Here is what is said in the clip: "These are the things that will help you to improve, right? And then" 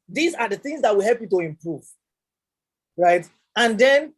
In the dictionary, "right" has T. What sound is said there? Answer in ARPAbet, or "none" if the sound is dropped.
T